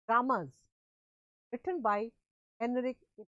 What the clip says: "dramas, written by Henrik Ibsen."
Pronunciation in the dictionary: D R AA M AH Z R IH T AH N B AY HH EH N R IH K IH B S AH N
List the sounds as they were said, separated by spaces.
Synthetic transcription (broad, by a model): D R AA M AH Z R IH T AH N B AY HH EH N IH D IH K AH